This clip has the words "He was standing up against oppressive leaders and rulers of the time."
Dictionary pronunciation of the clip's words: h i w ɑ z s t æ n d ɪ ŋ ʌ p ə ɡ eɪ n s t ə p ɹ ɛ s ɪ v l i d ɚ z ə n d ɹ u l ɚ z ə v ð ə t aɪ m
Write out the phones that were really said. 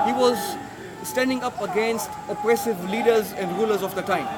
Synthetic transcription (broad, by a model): h i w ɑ z s t æ n d ɪ ŋ ʌ p ə ɡ eɪ n s t ə p ɹ ɛ s ɪ v l i d ɚ z ə n d ɹ u l ɚ z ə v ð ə t aɪ m